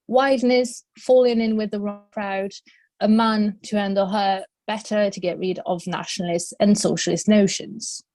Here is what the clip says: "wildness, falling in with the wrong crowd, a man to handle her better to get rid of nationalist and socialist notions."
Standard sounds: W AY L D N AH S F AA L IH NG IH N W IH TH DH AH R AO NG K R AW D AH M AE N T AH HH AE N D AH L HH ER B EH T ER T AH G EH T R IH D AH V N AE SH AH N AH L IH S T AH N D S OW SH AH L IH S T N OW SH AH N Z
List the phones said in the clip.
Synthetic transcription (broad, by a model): W AY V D N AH S F AA L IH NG IH N W IH DH AH R AO NG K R AW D AH M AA N T AH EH N D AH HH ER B EH T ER T AH G EH T R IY D AH V N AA SH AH N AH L IH S T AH N S OW SH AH L IH S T N OW SH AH N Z